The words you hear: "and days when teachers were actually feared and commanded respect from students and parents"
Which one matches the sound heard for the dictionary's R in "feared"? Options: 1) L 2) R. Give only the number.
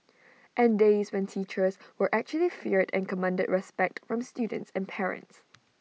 2